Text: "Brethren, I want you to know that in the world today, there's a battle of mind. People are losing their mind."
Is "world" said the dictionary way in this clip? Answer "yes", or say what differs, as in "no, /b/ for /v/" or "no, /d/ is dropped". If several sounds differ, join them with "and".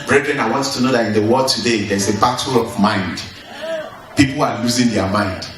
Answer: no, /l/ is dropped